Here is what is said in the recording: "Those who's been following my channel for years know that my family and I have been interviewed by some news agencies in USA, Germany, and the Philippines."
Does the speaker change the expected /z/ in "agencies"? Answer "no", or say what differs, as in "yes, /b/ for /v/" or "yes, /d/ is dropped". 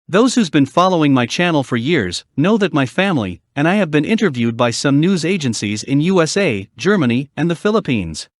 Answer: no